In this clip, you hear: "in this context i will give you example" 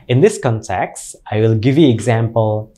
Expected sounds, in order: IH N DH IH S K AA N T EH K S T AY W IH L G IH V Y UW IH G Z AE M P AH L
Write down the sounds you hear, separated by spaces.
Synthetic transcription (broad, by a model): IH N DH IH S K AA N T EH K S T AY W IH L G IH V Y UW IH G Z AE M P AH L